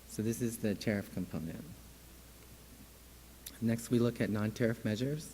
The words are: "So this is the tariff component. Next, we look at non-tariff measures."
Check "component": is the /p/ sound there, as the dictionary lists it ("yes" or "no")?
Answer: yes